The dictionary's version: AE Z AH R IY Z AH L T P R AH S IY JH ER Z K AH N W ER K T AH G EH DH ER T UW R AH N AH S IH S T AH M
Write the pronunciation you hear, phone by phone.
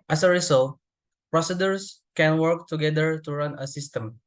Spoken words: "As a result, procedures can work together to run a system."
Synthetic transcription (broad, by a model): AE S AH R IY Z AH L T P R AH S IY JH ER S K AH N W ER K T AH G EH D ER T UW R AH N AH S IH S T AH M